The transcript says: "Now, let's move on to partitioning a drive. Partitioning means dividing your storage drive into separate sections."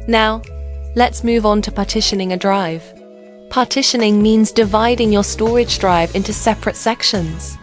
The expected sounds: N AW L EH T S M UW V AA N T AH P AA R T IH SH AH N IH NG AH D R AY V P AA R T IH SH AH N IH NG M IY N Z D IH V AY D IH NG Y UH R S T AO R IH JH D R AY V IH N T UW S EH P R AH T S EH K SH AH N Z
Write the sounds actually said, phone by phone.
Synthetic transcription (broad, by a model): N AW L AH T S M UW V N T AH P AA T IH SH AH N IH NG AH D R AY V P AA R T IH SH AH N IH NG M IY N Z D IH V AY D IH NG Y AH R S T AO R IH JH D R AY V IH N T UW S EH P R AH T S EH K SH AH N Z